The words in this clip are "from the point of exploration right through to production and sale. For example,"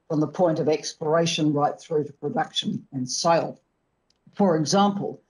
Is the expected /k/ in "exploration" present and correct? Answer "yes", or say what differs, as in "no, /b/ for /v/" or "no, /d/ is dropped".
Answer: yes